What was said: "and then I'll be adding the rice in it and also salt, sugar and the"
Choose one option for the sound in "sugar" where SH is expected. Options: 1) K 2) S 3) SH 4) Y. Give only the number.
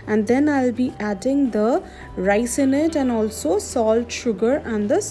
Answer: 3